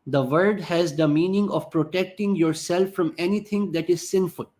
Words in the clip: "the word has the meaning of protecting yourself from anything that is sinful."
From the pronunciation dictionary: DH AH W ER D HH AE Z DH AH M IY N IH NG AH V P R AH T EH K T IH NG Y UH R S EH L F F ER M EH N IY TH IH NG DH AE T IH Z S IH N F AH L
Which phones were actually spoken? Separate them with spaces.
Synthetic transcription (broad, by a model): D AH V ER D HH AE Z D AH M IY N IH NG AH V P R AH T EH K T IH NG Y UH R S EH L F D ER M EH N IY T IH NG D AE T IH Z S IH N F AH L